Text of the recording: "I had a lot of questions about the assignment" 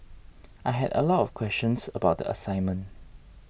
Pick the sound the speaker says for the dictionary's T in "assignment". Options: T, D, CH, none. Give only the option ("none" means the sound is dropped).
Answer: T